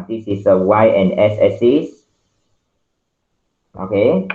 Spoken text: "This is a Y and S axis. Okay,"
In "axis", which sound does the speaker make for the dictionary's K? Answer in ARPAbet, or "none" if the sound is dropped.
none